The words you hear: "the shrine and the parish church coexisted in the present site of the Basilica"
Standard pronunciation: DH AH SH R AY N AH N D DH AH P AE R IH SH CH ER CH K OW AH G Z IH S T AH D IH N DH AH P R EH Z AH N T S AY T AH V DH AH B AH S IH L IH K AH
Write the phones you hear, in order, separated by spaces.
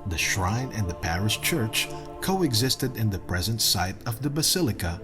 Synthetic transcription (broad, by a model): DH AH SH R AY N AH N D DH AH P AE R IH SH CH ER CH K OW AH G Z IH S T AH D IH N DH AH P R EH Z AH N T S AY T AH V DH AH B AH S IH L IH K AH